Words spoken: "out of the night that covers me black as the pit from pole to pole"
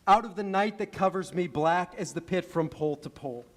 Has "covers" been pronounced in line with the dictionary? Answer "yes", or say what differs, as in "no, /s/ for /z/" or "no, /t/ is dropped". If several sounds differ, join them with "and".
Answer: yes